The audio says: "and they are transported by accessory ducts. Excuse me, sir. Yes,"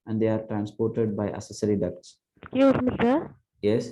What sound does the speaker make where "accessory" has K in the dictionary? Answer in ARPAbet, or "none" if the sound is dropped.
none